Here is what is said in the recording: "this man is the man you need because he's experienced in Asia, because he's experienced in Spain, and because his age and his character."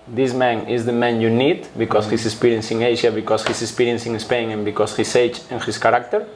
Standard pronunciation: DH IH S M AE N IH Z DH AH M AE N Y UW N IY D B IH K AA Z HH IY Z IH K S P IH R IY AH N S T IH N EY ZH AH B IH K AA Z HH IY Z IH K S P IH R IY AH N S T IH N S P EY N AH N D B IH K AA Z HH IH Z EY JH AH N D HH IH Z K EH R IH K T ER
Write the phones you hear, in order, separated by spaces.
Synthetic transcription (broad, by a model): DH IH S M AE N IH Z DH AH M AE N Y UW N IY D B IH K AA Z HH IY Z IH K S P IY R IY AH N S IH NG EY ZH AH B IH K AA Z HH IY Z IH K S P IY R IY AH N S IH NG S P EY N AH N B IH K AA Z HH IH S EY CH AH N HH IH S K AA R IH K T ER